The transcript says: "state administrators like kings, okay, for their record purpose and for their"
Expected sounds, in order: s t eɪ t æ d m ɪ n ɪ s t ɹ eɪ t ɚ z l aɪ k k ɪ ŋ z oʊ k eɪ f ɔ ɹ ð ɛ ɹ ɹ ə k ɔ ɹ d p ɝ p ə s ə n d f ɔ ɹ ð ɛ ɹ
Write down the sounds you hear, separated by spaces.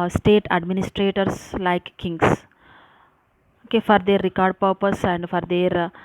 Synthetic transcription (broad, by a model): s t eɪ t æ d m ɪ n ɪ s t ɹ eɪ t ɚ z l aɪ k k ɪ ŋ s oʊ k eɪ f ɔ ɹ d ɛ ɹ ɹ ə k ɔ ɹ d p ɝ p ə s ə n d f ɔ ɹ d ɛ ɹ